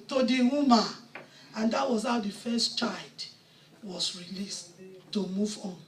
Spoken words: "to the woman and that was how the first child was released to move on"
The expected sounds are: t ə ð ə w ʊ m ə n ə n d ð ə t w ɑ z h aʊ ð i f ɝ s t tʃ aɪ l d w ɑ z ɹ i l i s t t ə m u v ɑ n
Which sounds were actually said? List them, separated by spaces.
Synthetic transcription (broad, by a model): t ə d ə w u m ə ə n d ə t w ɑ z h aʊ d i f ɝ s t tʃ aɪ d w ɑ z ɹ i l i s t t ə m u v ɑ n